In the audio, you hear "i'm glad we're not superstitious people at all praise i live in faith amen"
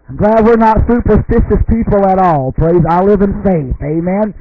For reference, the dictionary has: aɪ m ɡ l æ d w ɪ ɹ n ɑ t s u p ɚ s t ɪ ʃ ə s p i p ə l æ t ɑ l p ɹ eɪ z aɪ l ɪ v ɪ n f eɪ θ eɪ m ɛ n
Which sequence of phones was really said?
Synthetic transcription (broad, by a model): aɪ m ɡ l æ d w ɪ ɹ n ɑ t s u p ɚ s t ɪ ʃ ə s p i p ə l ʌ t ɑ l p ɹ eɪ z aɪ l ɪ v ɪ n f eɪ θ eɪ m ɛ n